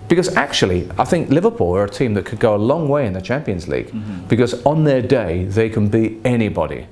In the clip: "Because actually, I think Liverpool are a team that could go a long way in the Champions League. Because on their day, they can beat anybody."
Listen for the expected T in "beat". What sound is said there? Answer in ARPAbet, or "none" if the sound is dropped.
none